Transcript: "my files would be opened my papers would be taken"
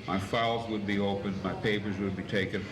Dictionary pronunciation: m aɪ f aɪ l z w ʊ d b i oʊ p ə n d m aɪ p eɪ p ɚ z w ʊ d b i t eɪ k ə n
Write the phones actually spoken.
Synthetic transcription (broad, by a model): m aɪ f aɪ l z w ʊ d b i oʊ p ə n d m aɪ p eɪ p ɚ z w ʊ d b i t eɪ k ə n